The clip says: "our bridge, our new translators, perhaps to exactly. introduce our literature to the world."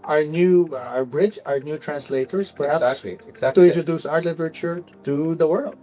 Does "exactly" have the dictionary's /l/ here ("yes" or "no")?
no